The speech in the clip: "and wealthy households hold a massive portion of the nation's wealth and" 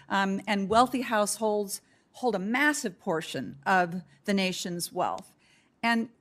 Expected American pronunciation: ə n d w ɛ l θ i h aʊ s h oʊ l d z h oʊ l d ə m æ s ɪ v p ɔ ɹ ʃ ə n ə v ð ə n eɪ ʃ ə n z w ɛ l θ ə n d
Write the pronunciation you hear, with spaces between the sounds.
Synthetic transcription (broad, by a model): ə n w ɛ l θ i h aʊ s h oʊ l d z h oʊ l d ə m æ s ɪ v p ɔ ɹ ʃ ə n ə v ð ə n eɪ ʃ ə n z w ɛ l θ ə n